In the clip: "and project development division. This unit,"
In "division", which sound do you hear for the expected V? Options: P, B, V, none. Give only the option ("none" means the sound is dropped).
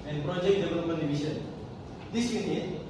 B